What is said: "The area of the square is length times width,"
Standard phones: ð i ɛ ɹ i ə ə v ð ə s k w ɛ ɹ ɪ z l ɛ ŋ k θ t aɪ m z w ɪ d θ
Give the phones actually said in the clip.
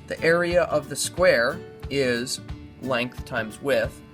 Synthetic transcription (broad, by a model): ð i ɛ ɹ i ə ə v ð ə s k w ɛ ɹ ɪ z l ɛ ŋ k θ t aɪ m z w ɪ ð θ